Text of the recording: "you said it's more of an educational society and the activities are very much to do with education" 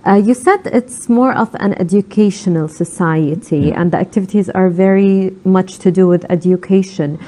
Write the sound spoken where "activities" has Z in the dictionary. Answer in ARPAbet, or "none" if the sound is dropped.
Z